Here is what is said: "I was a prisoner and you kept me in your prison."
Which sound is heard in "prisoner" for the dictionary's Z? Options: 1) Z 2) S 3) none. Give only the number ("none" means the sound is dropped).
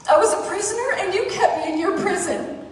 1